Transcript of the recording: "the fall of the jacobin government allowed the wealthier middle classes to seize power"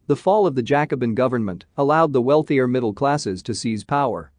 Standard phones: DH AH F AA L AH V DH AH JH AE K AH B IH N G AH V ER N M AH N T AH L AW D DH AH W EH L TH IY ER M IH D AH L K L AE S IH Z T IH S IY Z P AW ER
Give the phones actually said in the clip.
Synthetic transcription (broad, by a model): DH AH F AA L AH V DH AH JH AE K AH B IH N G AH V ER N M AH N T AH L AW D DH AH W EH L TH IY ER M IH D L K L AE S IH Z T IH S IY Z P AW ER